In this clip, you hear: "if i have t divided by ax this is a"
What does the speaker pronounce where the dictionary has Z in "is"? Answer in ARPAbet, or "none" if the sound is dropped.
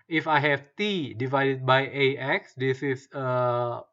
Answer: S